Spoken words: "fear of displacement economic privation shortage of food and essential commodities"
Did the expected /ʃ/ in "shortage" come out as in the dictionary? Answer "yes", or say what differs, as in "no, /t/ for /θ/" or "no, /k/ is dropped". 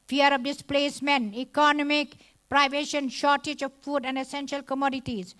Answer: yes